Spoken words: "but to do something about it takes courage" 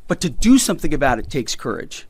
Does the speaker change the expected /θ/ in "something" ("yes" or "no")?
no